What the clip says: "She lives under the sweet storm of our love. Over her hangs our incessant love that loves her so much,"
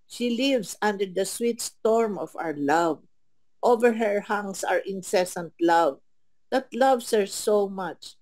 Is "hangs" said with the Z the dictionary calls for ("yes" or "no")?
no